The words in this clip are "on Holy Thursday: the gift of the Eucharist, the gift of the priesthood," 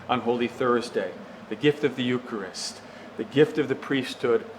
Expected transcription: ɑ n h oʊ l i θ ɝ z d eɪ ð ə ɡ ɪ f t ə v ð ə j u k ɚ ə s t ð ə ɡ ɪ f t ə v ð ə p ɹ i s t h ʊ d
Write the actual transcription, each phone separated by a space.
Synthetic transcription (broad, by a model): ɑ n h oʊ l i θ ɝ z d eɪ ð ə ɡ ɪ f t ə v ð ə j u k ɚ ə s t ð ə ɡ ɪ f t ə v ð ə p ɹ i s t h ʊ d